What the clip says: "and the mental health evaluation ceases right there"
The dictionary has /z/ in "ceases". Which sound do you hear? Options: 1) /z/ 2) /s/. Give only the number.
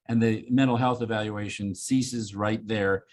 1